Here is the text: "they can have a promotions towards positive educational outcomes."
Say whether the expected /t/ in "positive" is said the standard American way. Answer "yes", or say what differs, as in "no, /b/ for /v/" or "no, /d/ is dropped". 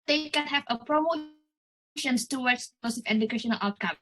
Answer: no, /s/ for /t/